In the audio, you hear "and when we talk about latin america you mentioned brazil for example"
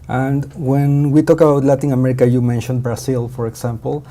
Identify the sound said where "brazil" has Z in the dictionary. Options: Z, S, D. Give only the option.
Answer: S